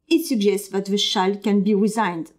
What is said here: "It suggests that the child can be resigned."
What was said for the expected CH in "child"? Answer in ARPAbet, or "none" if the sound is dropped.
SH